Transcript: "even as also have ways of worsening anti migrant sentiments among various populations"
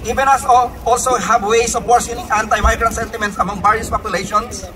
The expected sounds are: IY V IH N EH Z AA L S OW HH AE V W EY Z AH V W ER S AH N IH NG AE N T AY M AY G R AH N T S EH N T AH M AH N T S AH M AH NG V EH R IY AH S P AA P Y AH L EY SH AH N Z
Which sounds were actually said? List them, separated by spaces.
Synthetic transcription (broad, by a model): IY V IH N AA S AA L S OW HH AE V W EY S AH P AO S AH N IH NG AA N T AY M AY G R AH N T S EH N T AH M AH N T S AH M AH NG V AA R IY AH S P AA P Y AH L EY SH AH N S